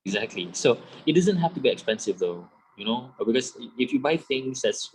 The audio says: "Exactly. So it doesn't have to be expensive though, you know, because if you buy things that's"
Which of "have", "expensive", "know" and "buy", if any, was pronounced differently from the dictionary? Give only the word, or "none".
have